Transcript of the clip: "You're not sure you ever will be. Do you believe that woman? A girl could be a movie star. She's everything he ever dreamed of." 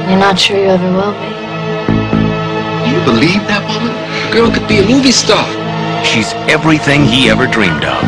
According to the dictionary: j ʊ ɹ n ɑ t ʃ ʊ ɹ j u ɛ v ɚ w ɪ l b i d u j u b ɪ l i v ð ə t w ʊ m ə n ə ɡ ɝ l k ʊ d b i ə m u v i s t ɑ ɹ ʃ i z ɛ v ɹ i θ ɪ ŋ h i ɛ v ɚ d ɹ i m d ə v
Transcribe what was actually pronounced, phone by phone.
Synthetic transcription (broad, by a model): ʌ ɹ n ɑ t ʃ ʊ j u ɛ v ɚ w ɪ l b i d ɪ j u b ɪ l i v ð ə t w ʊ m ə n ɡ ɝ n k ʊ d b i ə m u v i s t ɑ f ʃ i z ɛ v ɹ i θ ɪ ŋ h i ɛ v ɚ d ɹ i m d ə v